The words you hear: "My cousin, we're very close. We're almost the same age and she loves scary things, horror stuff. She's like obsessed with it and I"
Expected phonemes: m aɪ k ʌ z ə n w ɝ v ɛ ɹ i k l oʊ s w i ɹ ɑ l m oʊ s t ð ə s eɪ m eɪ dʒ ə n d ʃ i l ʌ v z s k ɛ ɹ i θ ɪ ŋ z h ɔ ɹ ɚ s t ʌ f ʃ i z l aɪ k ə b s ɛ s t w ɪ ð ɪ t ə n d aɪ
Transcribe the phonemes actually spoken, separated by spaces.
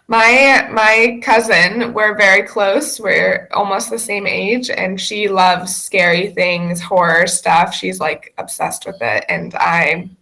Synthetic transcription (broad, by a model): m aɪ k ʌ z ə n w ɝ v ɛ ɹ i k l oʊ s w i ɹ ɑ l m oʊ s t ð ə s eɪ m eɪ dʒ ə n ʃ i l ʌ v z s k ɛ ɹ i θ ɪ ŋ z h ɔ ɹ ɚ s t ʌ f ʃ i z l aɪ k ə b s ɛ s t w ɪ ð ɪ t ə n aɪ